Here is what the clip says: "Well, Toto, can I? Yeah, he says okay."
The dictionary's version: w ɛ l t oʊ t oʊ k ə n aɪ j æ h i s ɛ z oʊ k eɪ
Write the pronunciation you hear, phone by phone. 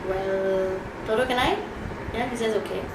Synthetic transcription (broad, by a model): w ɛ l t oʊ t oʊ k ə l aɪ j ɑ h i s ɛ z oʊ k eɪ